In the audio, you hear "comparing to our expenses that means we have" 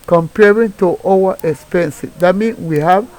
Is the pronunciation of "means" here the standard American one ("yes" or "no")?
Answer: no